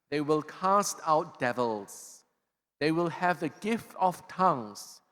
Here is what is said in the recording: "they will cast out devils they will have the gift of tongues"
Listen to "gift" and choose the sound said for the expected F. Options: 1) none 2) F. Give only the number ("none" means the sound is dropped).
2